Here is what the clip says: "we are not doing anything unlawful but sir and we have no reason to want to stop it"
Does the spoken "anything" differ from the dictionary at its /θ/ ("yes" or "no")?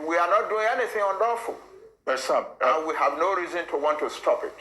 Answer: no